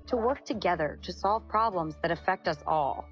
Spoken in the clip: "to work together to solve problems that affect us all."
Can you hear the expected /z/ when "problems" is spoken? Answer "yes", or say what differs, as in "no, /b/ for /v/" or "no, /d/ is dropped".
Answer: yes